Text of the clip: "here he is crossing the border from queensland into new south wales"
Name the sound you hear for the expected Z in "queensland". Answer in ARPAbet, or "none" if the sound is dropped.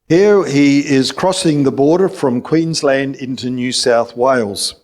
Z